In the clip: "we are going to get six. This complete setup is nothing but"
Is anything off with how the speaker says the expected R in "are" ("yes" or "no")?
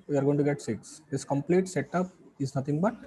no